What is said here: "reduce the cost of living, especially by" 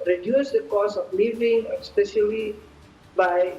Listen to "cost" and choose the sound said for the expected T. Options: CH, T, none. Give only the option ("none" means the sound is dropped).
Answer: none